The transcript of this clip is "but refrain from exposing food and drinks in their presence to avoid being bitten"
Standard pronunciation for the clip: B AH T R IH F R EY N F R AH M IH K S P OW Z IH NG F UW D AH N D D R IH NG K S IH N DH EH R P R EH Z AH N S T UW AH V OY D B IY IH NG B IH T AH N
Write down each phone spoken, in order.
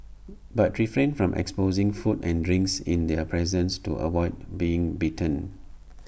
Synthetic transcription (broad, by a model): B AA T R IH F R EY N F R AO M IH K S P OW Z IH NG F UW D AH N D D R IH NG K S IH N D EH P R EH Z AH N S T UW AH W OY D B IY IH NG B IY T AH N